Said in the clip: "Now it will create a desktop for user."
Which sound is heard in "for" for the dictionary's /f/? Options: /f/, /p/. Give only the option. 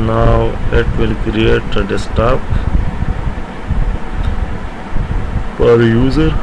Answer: /p/